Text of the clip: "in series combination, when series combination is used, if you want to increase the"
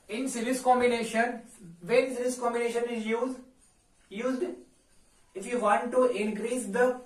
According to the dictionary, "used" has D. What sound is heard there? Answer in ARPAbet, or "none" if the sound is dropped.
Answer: D